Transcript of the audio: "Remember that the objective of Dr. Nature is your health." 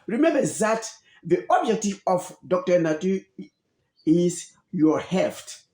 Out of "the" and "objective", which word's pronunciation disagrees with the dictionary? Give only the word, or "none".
none